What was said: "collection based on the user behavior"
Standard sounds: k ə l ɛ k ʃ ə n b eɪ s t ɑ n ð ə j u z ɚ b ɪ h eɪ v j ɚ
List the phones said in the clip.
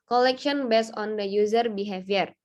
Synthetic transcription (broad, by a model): k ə l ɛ k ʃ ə n b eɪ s ɑ n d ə j u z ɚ b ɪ h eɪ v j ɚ